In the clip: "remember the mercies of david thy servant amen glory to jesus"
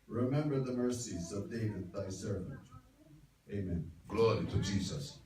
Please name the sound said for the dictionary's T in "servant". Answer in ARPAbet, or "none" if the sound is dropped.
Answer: T